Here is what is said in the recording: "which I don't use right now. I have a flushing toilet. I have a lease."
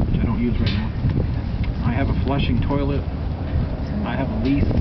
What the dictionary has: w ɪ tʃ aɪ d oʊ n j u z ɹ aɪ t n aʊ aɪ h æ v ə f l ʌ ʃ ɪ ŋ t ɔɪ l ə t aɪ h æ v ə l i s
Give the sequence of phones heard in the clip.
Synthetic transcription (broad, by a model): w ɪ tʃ aɪ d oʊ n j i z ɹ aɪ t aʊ aɪ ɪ v ə f l ʌ ʃ ɪ ŋ t ɔɪ l ə t aɪ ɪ v ə l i s